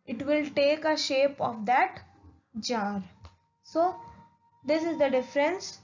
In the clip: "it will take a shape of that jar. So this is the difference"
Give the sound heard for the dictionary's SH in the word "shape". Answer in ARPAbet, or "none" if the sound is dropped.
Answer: SH